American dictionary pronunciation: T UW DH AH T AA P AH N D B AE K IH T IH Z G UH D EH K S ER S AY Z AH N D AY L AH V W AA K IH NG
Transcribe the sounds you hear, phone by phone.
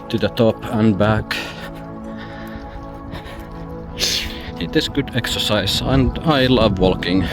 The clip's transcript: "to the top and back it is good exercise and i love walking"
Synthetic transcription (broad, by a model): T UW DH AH T AA P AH N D B AE K IH T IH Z G UH D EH K S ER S AY S AH N D AY L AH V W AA K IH NG